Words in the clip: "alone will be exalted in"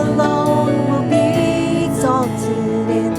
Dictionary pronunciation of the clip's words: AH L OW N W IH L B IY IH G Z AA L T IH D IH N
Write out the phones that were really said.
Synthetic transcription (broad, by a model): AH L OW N W IH L B IY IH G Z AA T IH IH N